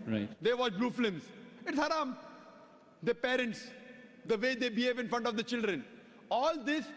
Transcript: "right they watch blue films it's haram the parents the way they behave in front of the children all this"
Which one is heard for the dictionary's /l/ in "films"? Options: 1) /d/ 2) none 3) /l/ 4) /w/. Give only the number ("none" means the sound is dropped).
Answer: 2